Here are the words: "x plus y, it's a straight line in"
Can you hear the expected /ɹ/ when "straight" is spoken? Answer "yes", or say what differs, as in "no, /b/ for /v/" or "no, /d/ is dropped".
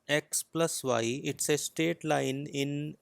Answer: no, /ɹ/ is dropped